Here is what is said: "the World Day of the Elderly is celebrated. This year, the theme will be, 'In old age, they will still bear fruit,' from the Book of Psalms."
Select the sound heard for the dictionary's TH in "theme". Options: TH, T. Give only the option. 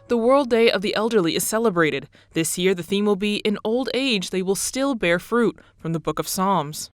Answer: TH